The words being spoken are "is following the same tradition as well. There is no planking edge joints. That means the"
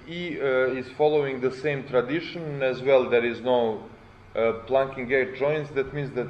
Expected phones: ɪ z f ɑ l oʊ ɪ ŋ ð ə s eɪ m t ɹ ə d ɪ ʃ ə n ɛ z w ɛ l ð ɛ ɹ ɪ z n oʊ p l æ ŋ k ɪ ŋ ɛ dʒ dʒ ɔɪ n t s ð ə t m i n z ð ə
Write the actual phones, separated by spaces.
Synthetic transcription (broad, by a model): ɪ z f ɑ l oʊ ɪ ŋ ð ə s eɪ m t ɹ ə d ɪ ʃ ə n ɛ z w ɛ l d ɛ ɹ ɪ z n oʊ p l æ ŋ k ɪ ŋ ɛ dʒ dʒ ɔɪ n t s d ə t m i n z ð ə